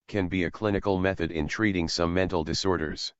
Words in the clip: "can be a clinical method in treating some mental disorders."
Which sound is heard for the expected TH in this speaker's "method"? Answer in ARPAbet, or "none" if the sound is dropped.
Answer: TH